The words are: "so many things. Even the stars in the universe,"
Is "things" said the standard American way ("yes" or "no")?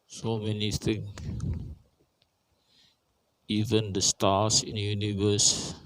no